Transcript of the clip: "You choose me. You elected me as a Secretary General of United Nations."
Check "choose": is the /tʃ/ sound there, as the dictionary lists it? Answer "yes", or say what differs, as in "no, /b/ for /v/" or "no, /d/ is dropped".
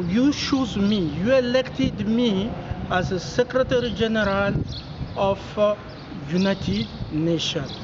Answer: no, /ʃ/ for /tʃ/